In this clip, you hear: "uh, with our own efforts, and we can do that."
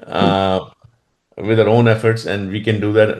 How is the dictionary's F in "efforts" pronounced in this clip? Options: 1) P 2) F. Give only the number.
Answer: 2